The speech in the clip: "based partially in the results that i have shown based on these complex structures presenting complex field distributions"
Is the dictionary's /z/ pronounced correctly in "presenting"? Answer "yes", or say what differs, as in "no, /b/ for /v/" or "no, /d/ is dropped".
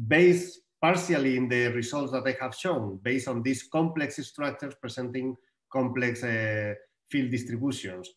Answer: no, /s/ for /z/